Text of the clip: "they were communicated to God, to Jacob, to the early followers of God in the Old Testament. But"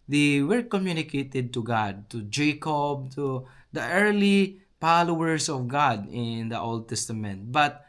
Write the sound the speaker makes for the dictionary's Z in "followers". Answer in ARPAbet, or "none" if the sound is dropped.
S